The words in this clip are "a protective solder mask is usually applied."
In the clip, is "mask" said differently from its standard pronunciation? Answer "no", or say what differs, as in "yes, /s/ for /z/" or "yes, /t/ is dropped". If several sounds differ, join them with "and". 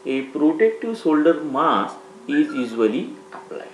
yes, /k/ is dropped